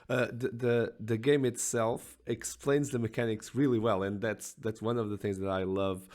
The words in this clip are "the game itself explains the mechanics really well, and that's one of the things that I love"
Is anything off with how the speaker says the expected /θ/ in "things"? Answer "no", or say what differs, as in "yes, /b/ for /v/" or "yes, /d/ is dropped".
no